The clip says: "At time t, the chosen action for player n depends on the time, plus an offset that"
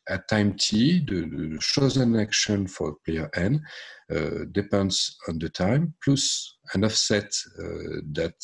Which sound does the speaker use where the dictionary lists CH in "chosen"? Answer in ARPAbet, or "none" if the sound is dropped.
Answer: SH